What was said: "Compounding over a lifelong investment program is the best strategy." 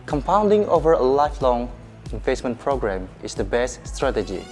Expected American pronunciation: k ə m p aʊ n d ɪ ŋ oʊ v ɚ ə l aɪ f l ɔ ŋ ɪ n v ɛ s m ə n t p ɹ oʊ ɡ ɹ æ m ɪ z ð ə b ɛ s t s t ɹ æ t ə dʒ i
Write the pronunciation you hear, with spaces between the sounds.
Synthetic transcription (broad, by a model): k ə m p aʊ n d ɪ ŋ oʊ v ɚ ə l aɪ f l ɔ ŋ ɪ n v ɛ s m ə n p ɹ oʊ ɡ ɹ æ m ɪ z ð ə b ɛ s t s t ɹ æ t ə dʒ i